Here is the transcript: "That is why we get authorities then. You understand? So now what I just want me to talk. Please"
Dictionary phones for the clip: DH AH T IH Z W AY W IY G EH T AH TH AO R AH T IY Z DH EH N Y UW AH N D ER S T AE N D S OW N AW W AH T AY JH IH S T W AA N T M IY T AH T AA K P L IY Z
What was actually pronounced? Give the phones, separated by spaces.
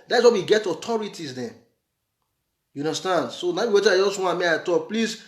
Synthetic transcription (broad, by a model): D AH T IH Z W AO W IY G EH T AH T AO R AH T IY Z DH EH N Y UW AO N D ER S T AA N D S OW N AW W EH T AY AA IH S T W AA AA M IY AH T AA K P L IY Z